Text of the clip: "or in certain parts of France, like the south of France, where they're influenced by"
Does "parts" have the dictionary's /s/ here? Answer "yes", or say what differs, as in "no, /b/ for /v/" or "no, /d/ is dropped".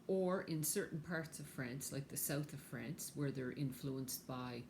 yes